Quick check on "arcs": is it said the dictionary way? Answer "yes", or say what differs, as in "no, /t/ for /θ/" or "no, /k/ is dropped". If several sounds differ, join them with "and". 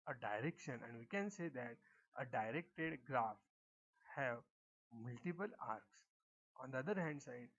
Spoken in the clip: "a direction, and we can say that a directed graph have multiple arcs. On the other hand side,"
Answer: yes